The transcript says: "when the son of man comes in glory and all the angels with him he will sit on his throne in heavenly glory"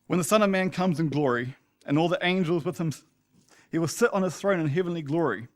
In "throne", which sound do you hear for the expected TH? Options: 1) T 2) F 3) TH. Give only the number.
3